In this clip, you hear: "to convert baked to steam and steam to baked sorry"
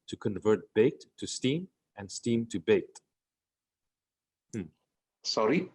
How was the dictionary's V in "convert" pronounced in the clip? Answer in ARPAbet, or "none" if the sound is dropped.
V